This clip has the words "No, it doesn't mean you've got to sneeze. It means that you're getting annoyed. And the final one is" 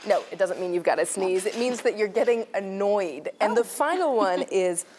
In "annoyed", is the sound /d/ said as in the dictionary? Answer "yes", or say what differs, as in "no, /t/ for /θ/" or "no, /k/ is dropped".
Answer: yes